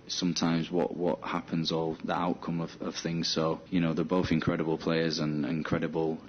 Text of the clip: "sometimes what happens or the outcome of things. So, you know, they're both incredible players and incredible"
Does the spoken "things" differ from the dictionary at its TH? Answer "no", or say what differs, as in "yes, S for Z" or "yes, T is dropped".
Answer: no